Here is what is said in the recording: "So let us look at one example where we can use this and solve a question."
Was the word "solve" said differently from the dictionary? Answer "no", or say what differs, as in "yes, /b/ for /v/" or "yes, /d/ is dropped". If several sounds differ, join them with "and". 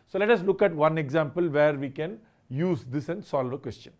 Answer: no